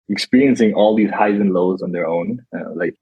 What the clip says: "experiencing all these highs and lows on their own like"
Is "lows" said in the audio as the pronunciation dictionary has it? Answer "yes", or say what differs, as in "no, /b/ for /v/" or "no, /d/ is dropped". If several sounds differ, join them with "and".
yes